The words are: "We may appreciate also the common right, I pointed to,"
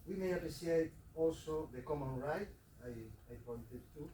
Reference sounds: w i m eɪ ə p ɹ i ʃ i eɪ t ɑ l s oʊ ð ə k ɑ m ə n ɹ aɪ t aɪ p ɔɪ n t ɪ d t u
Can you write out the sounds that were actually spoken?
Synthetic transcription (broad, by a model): w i m eɪ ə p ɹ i s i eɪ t ɑ l s oʊ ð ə k ɑ m ə n ɹ aɪ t aɪ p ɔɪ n t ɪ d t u